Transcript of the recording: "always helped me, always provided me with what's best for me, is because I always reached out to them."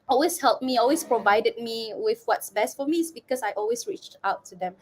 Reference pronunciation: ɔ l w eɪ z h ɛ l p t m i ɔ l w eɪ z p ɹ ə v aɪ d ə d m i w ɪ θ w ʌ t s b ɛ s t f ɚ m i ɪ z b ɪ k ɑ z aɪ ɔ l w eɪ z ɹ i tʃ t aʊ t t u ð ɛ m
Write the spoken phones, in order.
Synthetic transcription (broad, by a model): ɔ l w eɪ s h ɛ l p m i ɔ l w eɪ s p ɹ ə v aɪ d ə d m i w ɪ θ w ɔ t s b ɛ s t f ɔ m i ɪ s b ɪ k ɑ s aɪ ɔ l w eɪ s ɹ i tʃ t aʊ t t u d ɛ m